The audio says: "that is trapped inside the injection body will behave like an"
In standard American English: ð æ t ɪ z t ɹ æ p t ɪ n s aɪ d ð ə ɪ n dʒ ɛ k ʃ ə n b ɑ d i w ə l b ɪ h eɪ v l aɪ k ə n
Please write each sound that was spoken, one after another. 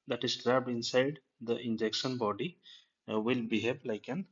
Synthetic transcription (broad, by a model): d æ t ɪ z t ɹ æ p ɪ n s aɪ d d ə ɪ n dʒ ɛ k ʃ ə n b ɑ d i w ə l b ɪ h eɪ b l aɪ k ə n